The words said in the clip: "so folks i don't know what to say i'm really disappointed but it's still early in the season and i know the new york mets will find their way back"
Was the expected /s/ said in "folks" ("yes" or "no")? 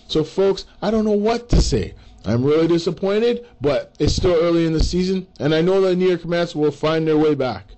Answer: yes